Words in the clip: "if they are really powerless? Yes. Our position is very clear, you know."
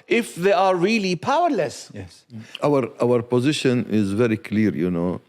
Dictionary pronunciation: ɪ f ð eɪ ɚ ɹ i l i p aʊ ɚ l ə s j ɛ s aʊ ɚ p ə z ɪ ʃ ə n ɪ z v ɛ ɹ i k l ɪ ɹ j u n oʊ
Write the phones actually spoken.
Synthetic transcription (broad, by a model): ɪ f ð eɪ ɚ ɹ i l i p aʊ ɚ l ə s j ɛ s aʊ ɚ p ə z ɪ ʃ ə n ɪ z v ɛ ɹ i k l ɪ ɹ j u n oʊ